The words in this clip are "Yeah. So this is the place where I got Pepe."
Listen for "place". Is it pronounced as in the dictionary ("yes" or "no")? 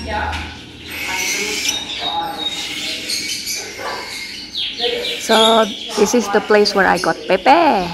yes